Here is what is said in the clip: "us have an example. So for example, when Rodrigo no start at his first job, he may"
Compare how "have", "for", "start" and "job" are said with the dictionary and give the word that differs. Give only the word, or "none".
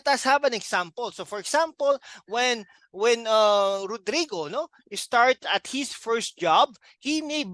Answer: have